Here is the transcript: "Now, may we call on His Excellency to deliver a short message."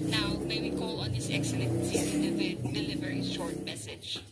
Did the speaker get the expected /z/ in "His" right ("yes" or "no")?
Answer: no